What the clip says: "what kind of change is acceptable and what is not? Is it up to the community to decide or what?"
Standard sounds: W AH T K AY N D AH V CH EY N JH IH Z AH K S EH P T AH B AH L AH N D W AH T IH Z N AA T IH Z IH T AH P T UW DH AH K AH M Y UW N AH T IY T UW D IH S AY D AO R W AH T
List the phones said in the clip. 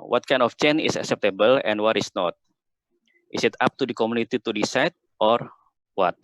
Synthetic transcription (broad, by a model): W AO T K AY N D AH F CH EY N IH S AH K S EH P T AH B AH L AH N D W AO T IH S N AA T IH S IH T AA P T UW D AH K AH M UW N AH T IY T UW D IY S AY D AO R W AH T